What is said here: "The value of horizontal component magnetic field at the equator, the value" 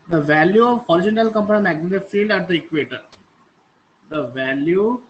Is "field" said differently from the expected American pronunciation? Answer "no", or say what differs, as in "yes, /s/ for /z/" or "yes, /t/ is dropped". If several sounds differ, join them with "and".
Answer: no